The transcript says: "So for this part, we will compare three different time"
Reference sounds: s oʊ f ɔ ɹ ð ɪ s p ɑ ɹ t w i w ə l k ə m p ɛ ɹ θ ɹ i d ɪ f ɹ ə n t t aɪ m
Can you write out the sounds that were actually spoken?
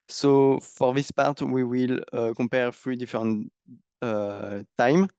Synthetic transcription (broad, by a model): s oʊ f ɔ ɹ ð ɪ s p ɑ ɹ t w i w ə l k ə p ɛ ɹ f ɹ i d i f ɹ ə n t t aɪ m